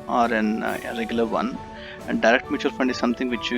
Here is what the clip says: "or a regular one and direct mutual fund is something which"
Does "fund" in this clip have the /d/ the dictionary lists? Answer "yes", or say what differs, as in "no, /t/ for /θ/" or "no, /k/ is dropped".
yes